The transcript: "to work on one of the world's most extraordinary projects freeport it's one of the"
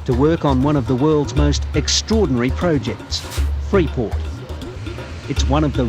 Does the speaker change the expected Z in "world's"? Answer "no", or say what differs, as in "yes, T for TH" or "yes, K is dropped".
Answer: no